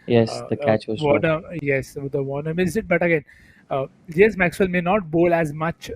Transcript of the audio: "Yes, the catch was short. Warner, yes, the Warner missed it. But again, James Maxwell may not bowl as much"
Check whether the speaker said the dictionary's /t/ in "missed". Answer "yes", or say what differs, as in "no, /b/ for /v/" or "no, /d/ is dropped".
no, /t/ is dropped